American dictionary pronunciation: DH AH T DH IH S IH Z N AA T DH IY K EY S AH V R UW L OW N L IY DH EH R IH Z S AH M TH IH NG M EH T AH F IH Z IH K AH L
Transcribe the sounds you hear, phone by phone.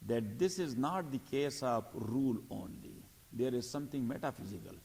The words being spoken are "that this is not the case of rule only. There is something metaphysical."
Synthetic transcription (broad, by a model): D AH T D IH S IH Z N AA T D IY K EY S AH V R UW L OW N L IY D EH R IH Z S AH M T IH NG M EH T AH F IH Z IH K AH L